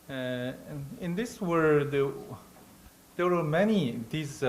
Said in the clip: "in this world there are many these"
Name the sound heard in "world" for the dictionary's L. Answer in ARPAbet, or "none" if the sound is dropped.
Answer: none